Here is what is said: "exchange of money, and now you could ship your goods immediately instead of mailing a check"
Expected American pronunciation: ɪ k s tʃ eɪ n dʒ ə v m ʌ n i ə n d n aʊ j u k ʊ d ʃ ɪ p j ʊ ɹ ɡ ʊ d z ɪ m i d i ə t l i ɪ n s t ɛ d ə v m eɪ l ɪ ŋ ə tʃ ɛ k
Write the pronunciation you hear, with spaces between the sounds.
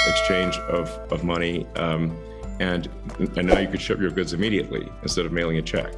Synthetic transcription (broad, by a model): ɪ k s tʃ eɪ n dʒ ə v m ʌ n i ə n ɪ n aʊ j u k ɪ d ʃ ɪ p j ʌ ɹ ɡ ʊ d z ɪ m i d i ə t l i ɪ n s t ɛ d ə v m eɪ l ɪ ŋ ə tʃ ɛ k